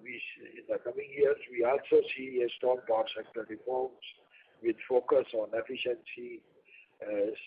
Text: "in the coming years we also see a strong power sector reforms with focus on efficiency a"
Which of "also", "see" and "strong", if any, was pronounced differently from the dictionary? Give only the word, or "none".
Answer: strong